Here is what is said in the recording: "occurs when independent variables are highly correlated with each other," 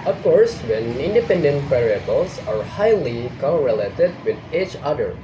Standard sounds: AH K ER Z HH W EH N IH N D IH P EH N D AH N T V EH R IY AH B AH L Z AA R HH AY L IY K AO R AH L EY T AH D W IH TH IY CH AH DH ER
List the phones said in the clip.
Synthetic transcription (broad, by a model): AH K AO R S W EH N IH N D IH P EH N D AH N T P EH R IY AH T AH L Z AA R HH AY L IY K AO R AH L EY T AH D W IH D IY CH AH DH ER